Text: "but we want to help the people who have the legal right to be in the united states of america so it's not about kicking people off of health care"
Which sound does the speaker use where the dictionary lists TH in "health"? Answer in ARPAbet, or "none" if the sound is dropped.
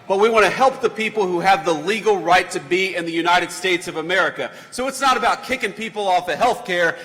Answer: TH